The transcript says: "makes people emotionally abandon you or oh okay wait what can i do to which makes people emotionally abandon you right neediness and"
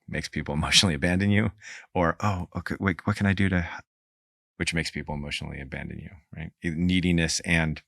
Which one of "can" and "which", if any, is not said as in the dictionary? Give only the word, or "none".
none